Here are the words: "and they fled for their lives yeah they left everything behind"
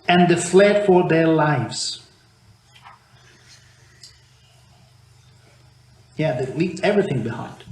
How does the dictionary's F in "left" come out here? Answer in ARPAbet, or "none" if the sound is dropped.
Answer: P